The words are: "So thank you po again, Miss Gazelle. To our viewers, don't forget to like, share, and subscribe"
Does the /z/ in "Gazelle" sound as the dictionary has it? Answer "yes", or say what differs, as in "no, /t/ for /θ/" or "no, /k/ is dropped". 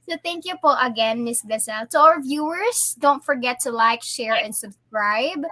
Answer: no, /s/ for /z/